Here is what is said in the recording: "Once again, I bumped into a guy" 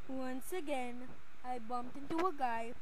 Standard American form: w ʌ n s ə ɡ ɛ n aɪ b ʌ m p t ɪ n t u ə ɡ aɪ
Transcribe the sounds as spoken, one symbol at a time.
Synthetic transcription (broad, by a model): w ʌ n s ə ɡ ɛ n aɪ b ʌ m p t ɪ n t u ə ɡ aɪ